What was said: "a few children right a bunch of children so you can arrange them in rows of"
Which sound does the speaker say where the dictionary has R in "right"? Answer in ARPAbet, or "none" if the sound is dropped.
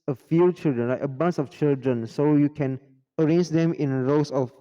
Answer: L